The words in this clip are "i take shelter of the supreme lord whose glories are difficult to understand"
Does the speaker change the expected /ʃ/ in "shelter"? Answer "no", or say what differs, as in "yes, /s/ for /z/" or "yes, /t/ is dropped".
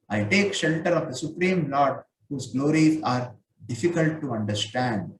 no